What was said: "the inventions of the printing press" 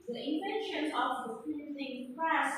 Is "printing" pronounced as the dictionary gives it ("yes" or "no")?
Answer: no